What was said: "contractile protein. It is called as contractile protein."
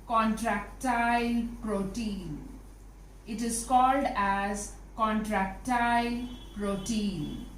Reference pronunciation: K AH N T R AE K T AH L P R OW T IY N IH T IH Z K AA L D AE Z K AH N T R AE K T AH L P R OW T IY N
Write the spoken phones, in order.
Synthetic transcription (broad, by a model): K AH N T R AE K T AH L P R OW T IY N IH T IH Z K AA L D AE Z K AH N T R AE K T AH L P R OW T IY N